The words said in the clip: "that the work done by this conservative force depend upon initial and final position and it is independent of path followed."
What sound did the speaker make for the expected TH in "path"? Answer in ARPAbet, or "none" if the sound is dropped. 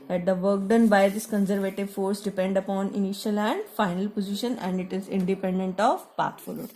T